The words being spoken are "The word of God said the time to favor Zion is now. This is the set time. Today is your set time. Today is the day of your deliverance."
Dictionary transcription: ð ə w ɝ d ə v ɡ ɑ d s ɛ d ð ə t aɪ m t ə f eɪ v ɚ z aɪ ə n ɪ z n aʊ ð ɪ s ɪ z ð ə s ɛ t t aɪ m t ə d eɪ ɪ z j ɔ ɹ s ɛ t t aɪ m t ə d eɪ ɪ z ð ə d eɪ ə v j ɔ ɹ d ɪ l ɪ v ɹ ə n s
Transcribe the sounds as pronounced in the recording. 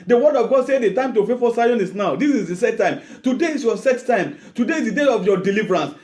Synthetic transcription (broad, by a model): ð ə w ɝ d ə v ɡ ɑ d s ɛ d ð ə t aɪ m t ə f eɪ f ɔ s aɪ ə n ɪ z n aʊ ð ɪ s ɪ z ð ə s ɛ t t aɪ m t ə d eɪ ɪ s j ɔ s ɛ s t aɪ m t ə d eɪ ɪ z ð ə d eɪ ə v j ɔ d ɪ l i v ɹ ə n s